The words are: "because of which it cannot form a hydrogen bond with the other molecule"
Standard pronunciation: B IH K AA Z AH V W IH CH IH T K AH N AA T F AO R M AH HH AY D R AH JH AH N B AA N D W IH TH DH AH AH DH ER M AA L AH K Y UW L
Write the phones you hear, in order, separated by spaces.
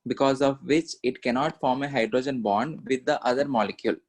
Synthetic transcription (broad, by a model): B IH K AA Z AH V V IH CH IH T K AH N AA T F AO R M AH HH AY D R AH JH AH N B AA N D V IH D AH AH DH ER M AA L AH K Y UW L